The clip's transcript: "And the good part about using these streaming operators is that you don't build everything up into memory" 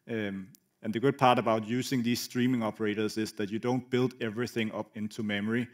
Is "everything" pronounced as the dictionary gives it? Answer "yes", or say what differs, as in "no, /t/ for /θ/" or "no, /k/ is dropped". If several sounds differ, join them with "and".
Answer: yes